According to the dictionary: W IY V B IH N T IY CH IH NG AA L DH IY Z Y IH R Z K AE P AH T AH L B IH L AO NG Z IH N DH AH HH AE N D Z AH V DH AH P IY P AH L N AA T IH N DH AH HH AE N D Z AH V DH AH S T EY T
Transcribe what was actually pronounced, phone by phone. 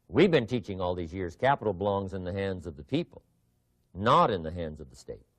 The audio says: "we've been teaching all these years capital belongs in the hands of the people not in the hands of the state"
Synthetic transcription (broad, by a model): W IY V B IH N T IY CH IH NG AA L DH IY Z Y IH R Z K AE P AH T L B IH L AO NG Z IH N DH AH HH AE N D Z AH V DH AH P IY P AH L N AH T IH N DH AH HH AE N D Z AH V DH AH S T EY T